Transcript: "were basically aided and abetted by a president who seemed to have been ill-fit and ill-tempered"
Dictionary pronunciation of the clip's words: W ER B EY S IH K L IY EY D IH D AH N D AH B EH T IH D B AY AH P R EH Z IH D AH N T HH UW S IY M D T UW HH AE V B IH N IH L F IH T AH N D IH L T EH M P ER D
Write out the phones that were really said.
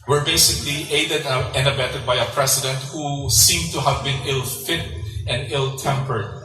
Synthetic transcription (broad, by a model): W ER B EY S IH K L IY EY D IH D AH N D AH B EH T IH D B AY AH P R EH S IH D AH N T HH UW S IY M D T UW HH AE V B IH N IH L F IH T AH N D IH L T EH M P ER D